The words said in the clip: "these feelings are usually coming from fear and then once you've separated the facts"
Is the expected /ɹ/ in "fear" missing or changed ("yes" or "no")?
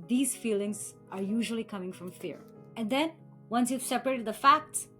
no